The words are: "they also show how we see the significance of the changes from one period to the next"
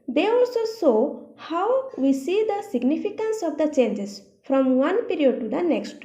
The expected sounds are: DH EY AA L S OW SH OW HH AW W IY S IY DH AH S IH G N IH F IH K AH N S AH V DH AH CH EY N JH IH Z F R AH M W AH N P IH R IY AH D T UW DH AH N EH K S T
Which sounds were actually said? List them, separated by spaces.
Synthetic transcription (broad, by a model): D EY AA L S OW S OW HH AW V IY S IY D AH S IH G N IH F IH K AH N S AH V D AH CH EY N JH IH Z F R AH M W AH N P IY R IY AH D T UW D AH N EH K S T